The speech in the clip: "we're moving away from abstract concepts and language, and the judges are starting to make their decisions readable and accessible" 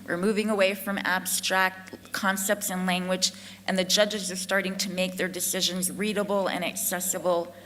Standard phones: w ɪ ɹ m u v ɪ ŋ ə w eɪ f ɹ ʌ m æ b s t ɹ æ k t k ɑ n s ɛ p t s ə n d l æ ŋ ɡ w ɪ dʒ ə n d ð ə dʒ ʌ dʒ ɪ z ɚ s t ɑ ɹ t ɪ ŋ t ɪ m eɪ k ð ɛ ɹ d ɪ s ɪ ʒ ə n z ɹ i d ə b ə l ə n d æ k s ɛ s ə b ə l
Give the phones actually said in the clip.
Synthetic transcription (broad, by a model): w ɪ ɹ m u v ɪ ŋ ə w eɪ f ɹ ʌ m æ b s t ɹ æ k t k ɑ n s ɛ p t s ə n l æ ŋ ɡ w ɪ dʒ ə n ð ə dʒ ʌ dʒ ɪ z ɚ s t ɑ ɹ t ɪ ŋ t ɪ m eɪ k ð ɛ ɹ d ɪ s ɪ ʒ ə n z ɹ i d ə b l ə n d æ k s ɛ s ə b l